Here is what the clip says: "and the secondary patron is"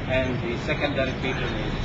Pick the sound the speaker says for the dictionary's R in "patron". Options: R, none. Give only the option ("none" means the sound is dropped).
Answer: none